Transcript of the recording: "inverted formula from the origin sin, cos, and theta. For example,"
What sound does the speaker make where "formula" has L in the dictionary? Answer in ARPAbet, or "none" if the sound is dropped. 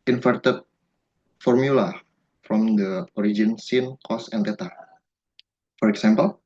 L